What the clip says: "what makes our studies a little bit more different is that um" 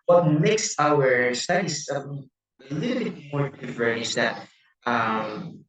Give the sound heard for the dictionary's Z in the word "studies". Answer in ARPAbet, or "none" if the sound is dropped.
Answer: none